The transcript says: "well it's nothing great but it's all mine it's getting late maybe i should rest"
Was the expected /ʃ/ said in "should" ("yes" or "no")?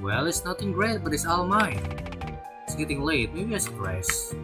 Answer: no